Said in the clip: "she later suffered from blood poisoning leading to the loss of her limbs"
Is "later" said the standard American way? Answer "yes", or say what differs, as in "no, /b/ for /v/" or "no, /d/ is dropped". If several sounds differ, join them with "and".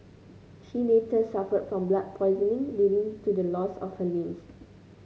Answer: no, /n/ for /l/